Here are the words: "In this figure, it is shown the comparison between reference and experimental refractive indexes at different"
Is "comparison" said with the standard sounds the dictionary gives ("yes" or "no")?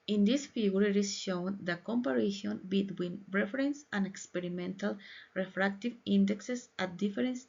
no